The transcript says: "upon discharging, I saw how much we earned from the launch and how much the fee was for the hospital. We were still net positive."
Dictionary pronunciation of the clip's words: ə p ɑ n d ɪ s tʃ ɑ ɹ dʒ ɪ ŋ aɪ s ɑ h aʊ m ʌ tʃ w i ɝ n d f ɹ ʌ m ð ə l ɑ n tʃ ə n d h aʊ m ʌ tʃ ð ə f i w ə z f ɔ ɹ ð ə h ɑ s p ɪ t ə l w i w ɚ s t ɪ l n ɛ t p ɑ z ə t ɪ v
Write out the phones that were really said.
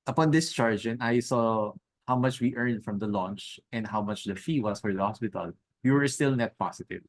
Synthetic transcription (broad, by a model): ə p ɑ n d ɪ s tʃ ɑ ɹ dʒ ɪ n aɪ s ɑ h aʊ m ʌ tʃ w i ɝ n d f ɹ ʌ m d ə l ɑ n tʃ ə n d h aʊ m ʌ tʃ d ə f i w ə s f ɔ ɹ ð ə h ɑ s p ɪ t ə l w i w ɚ s t ɪ l n ɛ t p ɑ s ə t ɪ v